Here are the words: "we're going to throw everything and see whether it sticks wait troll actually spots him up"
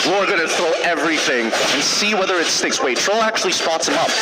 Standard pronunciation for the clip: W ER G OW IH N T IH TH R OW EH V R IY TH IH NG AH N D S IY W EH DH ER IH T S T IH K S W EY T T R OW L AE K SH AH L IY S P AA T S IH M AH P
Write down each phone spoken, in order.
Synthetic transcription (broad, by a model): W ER G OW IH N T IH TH R OW EH V R IY TH IH NG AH N S IY W EH DH ER IH T S T IH K S W EY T T R OW L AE K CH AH L IY S P AA T S IH M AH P